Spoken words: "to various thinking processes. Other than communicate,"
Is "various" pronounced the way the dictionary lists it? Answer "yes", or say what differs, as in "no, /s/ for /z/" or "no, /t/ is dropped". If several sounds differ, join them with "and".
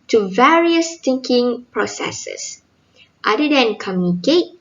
yes